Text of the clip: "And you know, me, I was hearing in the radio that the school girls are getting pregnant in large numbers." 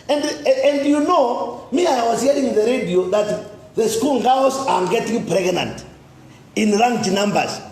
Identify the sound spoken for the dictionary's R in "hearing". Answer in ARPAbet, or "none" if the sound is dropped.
none